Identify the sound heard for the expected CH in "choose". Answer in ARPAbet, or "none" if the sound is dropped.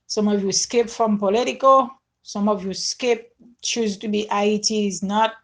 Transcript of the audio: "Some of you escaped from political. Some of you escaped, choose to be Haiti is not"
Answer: CH